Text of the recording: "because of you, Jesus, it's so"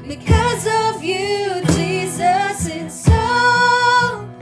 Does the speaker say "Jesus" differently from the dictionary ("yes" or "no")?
no